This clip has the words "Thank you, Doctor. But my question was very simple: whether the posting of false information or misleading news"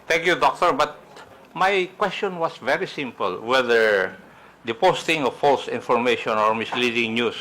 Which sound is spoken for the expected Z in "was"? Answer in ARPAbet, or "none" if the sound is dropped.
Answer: S